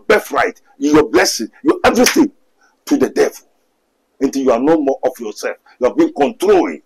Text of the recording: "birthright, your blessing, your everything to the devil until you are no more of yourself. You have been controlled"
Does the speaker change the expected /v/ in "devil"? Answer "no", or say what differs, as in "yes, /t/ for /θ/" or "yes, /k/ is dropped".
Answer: no